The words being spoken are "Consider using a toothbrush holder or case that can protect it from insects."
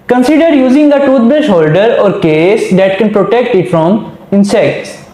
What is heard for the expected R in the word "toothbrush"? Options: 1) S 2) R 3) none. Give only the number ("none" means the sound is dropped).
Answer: 3